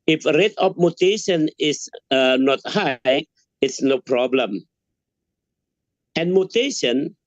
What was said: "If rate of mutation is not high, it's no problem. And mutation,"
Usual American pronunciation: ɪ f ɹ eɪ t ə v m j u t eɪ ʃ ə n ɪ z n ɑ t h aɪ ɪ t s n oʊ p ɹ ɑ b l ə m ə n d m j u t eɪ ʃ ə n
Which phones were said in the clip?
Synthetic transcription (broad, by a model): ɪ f ɹ eɪ t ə p m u t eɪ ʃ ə n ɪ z n ɑ t h aɪ ɪ t s n oʊ p ɹ ɑ b l ə m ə n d m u t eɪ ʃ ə n